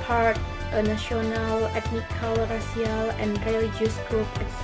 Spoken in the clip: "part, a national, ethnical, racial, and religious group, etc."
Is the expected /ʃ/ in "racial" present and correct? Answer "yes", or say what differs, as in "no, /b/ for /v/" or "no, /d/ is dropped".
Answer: no, /s/ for /ʃ/